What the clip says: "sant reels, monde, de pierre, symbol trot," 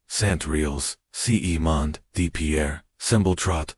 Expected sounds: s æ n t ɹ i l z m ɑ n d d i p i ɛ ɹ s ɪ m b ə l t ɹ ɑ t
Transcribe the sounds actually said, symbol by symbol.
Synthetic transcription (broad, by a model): s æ n t ɹ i l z m ɑ n d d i p i ɛ ɹ s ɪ m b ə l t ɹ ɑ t